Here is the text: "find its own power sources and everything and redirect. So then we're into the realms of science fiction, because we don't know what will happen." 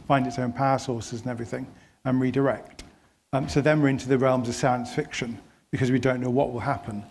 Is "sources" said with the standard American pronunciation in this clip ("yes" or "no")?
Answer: yes